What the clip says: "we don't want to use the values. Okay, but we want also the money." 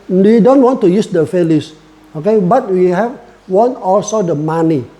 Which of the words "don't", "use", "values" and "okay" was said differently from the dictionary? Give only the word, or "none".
values